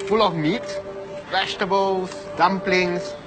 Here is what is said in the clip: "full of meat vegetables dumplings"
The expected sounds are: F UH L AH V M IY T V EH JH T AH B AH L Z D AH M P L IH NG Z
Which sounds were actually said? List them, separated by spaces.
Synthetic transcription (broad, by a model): F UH L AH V M IY T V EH SH T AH B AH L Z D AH M P L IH NG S